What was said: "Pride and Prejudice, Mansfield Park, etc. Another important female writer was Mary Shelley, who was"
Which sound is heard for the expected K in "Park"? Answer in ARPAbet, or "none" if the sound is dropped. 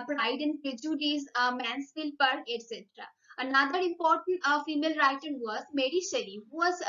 none